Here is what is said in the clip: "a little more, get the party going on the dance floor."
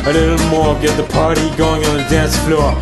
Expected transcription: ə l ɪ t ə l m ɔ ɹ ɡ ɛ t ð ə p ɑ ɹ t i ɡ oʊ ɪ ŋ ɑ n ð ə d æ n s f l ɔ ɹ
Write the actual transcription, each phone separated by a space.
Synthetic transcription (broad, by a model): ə l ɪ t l m ɔ ɹ ɡ ɛ t ð ə p ɑ ɹ t i ɡ oʊ ɪ ŋ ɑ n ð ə d æ n s f l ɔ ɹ